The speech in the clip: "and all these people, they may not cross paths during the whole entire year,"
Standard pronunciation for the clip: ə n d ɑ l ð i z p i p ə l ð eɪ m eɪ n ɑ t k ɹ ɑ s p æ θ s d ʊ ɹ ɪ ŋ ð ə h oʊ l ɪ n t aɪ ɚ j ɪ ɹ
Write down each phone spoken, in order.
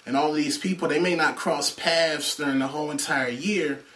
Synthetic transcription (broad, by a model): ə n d ɑ l ð i z p i p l ð eɪ m eɪ n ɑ t k ɹ ɑ s p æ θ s d ʊ ɹ ɪ ŋ ð ə h oʊ l ɪ n t aɪ ɚ j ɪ ɹ